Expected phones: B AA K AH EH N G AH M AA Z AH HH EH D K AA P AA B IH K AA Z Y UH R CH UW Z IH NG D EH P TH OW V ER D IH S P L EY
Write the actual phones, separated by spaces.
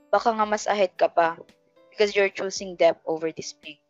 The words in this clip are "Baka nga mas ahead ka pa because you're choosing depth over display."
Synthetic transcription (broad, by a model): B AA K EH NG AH M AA S AH HH EH D K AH P AA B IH K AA S Y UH R CH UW S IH NG D EH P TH OW V ER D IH S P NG